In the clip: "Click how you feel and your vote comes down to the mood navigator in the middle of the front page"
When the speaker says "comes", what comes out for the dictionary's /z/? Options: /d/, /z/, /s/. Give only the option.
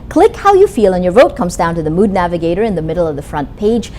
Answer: /z/